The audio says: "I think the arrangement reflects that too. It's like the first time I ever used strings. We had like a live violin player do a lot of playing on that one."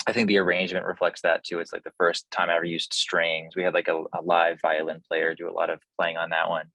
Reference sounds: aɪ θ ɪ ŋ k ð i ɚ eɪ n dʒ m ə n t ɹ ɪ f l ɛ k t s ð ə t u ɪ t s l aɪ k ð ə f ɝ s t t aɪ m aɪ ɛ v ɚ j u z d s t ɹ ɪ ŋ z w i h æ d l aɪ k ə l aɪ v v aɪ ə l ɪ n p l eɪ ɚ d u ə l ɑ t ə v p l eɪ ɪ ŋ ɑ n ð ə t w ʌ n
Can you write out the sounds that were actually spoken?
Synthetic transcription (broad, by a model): aɪ θ ɪ ŋ k ð i ɚ eɪ n dʒ m ə n t ɹ ɪ f l ɛ k t s ð ə t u ɪ t s l aɪ k ð ə f ɝ s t t aɪ m aɪ ɛ v ɚ j u z d s t ɹ ɪ ŋ z w i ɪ d l aɪ k ə l aɪ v v aɪ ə l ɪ n p l eɪ ɚ d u ə l ɑ t ə v p l eɪ ɪ ŋ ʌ n ð ə t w ʌ n